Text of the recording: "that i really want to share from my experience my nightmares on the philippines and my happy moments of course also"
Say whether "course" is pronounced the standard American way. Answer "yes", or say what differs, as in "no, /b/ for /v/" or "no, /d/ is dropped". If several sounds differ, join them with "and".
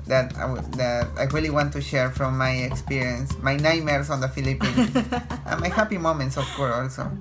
no, /s/ is dropped